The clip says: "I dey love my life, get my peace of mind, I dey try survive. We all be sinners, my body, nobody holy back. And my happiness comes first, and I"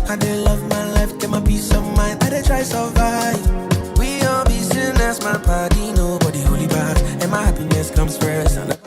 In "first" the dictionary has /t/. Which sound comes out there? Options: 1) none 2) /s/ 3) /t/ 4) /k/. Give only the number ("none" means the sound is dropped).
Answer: 1